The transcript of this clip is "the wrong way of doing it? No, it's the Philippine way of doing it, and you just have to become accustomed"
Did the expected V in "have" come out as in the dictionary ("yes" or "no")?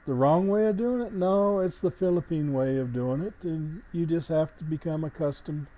no